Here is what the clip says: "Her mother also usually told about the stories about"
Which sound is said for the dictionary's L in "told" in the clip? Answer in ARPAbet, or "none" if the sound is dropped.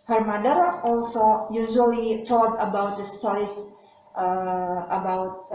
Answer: none